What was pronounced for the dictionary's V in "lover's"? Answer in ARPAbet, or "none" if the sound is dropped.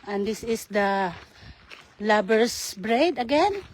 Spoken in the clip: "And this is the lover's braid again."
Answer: B